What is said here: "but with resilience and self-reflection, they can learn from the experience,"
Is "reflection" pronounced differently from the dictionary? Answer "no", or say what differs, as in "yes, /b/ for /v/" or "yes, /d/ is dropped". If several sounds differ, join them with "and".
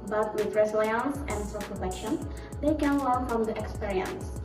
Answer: yes, /l/ is dropped